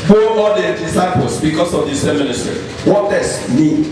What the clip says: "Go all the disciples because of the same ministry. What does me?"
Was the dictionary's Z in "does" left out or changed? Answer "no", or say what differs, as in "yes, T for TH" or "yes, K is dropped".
yes, S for Z